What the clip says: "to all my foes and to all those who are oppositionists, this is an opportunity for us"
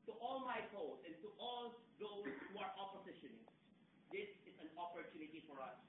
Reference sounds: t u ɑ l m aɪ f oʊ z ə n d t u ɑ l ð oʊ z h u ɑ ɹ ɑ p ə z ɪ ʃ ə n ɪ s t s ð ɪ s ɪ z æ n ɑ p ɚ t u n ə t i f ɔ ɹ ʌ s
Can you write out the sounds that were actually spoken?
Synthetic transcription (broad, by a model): t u ɑ l m aɪ p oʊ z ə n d t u ɑ l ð oʊ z h u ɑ ɹ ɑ p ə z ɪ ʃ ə n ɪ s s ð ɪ s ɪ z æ n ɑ p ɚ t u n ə t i f ɔ ɹ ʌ s